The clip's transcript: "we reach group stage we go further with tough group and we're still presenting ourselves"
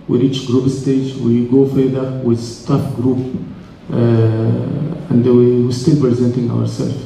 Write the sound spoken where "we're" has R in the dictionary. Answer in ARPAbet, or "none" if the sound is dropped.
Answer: W